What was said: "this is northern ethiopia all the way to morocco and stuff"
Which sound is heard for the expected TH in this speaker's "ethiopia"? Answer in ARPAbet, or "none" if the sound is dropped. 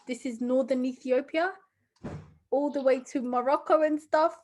TH